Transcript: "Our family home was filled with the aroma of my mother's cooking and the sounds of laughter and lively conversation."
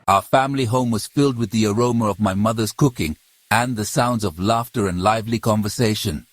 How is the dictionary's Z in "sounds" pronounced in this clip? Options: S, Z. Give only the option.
Z